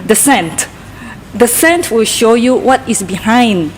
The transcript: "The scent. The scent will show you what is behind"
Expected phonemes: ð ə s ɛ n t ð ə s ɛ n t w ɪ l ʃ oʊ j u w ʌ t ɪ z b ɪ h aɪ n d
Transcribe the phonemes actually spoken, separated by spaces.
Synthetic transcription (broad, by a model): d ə s ɛ n t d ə s ɛ n t w ɪ l ʃ oʊ j u w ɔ t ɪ s b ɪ h aɪ n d